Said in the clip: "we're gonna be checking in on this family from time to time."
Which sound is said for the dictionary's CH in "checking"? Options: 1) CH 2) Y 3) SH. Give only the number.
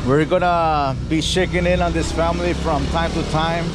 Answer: 3